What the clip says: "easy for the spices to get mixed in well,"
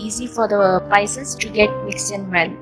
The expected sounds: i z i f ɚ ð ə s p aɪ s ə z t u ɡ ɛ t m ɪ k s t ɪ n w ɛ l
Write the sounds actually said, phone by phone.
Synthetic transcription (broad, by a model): i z i f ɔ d ə p aɪ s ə s t u ɡ ɛ t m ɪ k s ɪ n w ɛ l